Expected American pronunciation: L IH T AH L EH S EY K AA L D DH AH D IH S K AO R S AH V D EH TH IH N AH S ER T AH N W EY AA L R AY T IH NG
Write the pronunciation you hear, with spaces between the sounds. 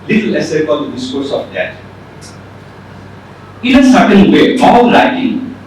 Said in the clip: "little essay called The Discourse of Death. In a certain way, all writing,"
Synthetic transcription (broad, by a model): L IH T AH L EH S EY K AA N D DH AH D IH S K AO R S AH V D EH T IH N AH S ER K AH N W EY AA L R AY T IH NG